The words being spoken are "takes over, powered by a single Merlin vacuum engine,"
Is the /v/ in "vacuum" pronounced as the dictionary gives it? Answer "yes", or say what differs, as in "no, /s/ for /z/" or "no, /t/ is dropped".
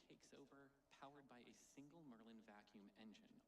yes